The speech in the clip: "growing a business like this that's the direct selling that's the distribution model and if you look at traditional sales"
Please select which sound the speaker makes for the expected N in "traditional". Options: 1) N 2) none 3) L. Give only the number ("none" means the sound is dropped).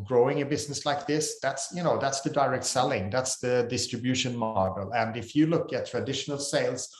1